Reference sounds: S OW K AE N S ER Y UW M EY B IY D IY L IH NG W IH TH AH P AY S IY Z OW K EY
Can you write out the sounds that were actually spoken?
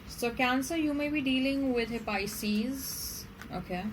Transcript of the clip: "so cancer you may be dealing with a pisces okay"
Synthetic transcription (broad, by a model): S OW K AE N S ER Y UW M EY B IY D IY L IH NG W IH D AH P AY S IY Z OW K EY